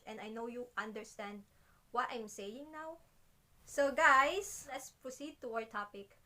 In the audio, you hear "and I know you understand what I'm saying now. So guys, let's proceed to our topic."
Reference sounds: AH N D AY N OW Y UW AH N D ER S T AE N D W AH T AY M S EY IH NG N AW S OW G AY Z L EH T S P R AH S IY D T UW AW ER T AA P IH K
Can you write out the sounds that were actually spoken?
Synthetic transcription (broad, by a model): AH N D AY N OW Y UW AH N D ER S T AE N D W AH T AY M S EY IH NG N AW S OW G AY S L EH T S P R AH S IY D T UW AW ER T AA P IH K